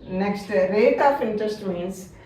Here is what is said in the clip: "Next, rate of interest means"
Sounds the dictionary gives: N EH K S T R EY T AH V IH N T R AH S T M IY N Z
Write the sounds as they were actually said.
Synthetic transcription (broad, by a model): N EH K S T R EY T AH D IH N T AH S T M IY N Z